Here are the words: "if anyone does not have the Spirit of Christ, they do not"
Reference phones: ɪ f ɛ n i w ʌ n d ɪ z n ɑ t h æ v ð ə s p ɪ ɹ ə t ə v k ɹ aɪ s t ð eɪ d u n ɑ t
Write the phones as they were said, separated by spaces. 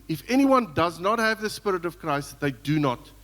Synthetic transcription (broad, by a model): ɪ f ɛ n i w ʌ n d ɪ z n ɑ t h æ v ð ə s p ɪ ɹ ə t ə v k ɹ aɪ s t ð eɪ d u n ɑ t